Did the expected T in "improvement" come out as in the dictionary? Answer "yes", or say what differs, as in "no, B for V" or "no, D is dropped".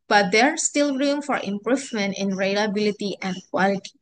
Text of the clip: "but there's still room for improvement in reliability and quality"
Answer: yes